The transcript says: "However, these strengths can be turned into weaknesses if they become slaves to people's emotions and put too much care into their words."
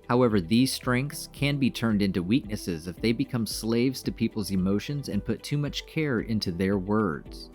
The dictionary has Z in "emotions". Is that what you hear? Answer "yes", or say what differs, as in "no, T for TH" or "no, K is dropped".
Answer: yes